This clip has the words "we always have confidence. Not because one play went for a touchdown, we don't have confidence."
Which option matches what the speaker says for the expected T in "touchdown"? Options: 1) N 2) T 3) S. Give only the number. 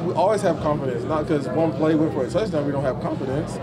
3